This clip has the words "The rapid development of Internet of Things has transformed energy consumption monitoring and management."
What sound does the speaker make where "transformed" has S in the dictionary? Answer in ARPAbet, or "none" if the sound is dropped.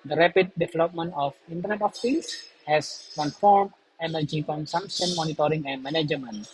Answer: none